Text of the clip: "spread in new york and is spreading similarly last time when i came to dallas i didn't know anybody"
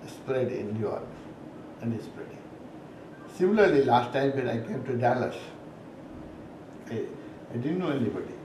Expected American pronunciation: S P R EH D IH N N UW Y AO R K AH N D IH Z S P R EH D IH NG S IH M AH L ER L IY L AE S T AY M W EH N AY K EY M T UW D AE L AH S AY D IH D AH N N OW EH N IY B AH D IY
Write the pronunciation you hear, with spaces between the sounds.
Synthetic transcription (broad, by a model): S P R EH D IH N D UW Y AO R AH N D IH S P R EH D IH NG S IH M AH L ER L IY L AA S T AY M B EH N AY K EY M T UW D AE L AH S AY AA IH D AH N N OW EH N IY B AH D IY